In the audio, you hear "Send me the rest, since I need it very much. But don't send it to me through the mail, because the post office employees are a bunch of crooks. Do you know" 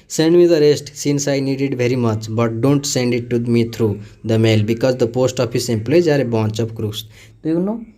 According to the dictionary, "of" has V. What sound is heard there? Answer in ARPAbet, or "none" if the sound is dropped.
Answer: P